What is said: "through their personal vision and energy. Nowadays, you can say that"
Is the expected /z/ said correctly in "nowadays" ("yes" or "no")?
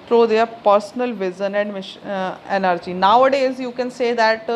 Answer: yes